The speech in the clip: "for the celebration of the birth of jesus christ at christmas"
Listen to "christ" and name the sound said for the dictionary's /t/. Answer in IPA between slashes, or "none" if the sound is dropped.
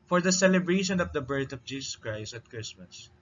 /t/